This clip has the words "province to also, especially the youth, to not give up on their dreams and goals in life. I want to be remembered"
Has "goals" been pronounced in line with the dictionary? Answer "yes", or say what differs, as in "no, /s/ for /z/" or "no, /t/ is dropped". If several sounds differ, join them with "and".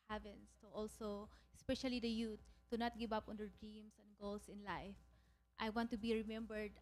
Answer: no, /s/ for /z/